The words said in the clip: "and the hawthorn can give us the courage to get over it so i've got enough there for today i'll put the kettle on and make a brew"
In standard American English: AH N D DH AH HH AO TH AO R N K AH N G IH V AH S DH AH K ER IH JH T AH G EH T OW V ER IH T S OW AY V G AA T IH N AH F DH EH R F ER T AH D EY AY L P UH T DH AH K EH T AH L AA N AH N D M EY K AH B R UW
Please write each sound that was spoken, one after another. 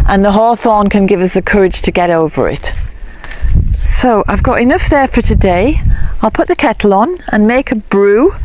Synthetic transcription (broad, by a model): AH N DH AH HH AO TH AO N K AH N G IH V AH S DH AH K ER IH JH T AH G EH T OW V ER IH T S OW AY V G AA T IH N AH F DH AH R F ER T AH D EY AY L P UH T DH AH K EH T L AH N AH N M EY K AH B R UW